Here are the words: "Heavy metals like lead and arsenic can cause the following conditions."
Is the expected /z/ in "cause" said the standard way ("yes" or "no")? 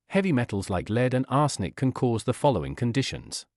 yes